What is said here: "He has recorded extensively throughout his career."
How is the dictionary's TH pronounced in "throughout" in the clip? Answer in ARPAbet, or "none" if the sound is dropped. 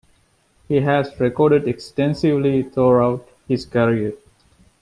T